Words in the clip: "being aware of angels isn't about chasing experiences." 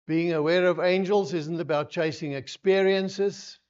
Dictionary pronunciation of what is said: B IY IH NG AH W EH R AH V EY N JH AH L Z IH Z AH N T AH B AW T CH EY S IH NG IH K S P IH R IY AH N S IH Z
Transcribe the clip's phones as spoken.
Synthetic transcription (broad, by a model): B IY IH NG AH W EH R AH V EY N JH AH L Z IH Z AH N T AH B AW T CH EY S IH NG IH K S P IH R IY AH N S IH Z